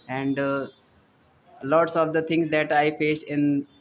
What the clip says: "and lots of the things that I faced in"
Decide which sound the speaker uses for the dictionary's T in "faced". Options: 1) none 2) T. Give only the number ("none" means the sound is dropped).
1